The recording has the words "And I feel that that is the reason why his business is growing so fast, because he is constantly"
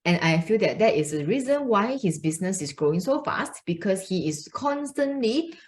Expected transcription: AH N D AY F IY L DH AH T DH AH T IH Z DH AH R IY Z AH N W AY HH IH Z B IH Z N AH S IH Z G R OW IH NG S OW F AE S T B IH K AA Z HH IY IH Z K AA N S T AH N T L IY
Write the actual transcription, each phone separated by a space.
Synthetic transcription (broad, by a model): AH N AY F IY L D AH T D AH T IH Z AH R IY Z AH N W AY HH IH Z B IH S N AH S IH S G R OW IH NG S OW F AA S T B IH K AA S HH IY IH S K AA N S T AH N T L IY